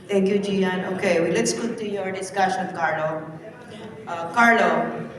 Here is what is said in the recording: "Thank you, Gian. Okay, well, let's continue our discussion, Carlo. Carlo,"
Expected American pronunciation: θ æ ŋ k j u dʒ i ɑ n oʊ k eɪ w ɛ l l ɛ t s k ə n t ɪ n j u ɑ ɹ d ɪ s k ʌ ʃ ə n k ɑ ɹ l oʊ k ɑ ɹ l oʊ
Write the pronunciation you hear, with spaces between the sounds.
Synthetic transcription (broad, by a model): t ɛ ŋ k j u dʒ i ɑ n oʊ k eɪ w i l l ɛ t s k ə t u j ɑ ɹ d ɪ s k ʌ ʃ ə n k ɑ ɹ l oʊ k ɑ ɹ l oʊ